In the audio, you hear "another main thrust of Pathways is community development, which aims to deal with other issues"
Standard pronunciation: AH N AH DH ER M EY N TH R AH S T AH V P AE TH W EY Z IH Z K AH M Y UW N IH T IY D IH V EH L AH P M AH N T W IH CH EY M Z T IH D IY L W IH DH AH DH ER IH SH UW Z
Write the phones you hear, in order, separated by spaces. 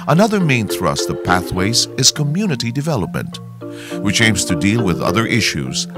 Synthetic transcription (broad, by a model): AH N AH DH ER M EY N TH R AH S T AH V P AE TH W EY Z IH Z K AH M Y UW N IH T IY D IH V EH L AH P M AH N T W IH CH EY M Z T IH D IY L W IH DH AH DH ER IH SH UW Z